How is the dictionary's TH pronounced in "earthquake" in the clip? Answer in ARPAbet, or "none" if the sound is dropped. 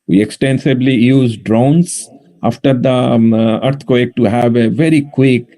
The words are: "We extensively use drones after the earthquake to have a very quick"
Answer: T